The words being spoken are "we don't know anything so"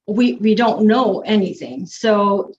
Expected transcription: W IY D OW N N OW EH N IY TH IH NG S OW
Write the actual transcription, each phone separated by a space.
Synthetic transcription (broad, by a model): W IY D OW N N OW EH N IY TH IH NG S OW